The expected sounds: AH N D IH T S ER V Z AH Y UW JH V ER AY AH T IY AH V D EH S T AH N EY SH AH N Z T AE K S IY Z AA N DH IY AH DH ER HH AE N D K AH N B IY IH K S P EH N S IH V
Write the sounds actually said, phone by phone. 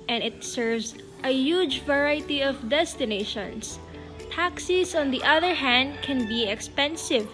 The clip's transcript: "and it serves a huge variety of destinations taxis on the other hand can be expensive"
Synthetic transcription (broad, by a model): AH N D IH T S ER V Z AH Y UW JH V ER AY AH T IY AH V D EH S T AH N EY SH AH N S T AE K S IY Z AA N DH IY AH DH ER HH AE N D K AH N B IY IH K S P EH N S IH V